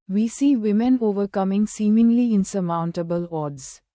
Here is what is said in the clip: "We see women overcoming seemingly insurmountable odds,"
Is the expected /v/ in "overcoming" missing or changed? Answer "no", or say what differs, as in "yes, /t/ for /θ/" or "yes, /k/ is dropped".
no